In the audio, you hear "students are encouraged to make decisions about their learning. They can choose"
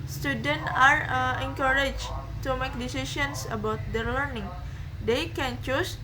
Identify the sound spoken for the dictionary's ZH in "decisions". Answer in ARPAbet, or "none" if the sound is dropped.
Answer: S